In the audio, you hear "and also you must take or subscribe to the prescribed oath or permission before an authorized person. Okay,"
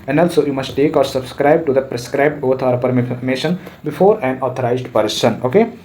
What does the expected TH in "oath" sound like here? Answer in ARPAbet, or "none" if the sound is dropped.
T